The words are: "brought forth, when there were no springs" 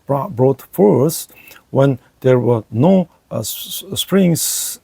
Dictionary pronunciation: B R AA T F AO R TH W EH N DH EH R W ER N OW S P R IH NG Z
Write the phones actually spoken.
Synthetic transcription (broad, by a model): B R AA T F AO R S W EH N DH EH R W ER N OW S P R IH NG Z